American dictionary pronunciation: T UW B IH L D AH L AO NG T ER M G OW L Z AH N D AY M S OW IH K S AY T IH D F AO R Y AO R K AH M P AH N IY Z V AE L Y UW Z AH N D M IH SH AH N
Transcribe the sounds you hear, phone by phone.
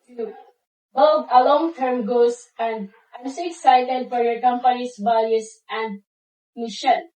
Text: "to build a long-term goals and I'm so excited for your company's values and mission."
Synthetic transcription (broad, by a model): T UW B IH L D AH L AO NG T ER M G OW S AH N D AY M S OW IH K S AY T IH D F AO R Y AO R K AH M P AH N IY S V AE L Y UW S AH N D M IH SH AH N